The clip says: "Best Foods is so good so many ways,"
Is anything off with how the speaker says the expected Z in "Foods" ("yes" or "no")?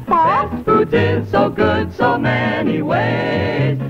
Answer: yes